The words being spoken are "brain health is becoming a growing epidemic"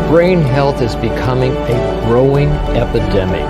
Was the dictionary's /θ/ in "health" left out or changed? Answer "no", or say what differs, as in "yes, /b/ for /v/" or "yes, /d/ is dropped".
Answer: no